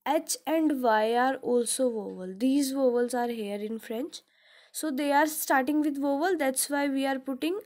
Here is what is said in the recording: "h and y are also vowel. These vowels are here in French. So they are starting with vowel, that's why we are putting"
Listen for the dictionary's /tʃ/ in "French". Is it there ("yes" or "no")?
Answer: yes